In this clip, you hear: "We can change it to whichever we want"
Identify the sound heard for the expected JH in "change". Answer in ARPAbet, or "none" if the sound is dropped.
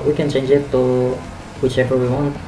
JH